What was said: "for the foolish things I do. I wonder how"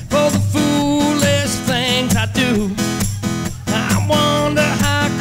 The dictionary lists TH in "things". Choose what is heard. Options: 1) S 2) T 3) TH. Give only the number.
3